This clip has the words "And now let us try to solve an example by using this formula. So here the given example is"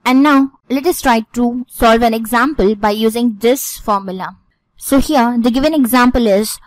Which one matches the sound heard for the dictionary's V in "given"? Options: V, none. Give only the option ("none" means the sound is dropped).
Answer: V